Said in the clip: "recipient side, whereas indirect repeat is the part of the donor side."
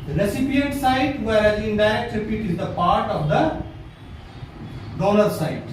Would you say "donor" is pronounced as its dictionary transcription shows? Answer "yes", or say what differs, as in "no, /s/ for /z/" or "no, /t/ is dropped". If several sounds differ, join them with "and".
no, /l/ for /n/